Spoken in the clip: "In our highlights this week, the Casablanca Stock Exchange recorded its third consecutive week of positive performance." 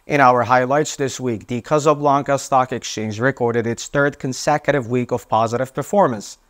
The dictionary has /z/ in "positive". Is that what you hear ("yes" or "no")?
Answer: yes